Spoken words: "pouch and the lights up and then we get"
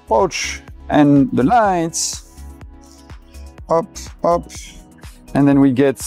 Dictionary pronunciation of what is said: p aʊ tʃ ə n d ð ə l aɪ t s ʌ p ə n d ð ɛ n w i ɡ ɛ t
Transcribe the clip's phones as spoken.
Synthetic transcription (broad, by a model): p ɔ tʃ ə n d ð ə l aɪ t s ʌ p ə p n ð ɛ n w i ɡ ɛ t